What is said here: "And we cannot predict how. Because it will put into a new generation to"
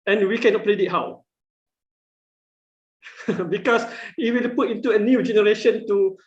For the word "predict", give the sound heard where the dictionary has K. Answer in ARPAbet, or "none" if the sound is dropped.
none